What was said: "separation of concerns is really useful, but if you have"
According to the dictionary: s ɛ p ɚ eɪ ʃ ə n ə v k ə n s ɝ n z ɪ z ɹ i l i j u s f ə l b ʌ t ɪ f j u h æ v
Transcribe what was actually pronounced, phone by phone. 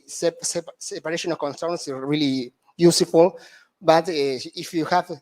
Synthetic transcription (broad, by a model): s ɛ p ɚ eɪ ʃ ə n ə k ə n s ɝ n s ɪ ɹ i l i j u s f ə l b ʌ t ɪ f j u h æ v